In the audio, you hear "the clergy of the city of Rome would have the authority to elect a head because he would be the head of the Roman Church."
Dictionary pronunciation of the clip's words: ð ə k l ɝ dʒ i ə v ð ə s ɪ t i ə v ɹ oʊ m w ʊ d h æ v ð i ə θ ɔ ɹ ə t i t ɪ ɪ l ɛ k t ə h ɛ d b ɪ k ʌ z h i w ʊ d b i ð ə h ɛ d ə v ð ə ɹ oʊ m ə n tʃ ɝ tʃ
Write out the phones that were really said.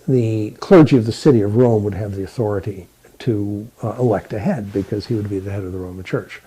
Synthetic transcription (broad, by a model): ð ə k l ɝ dʒ i ə v ð ə s ɪ t i ə v ɹ oʊ m w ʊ d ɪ v ð i ə θ ɔ ɹ ə t i t ɪ ɪ l ɛ k t ə h ɛ d b ɪ k ʌ z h i w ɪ d b i ð ə h ɛ d ə v ð ə ɹ oʊ m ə n tʃ ɝ tʃ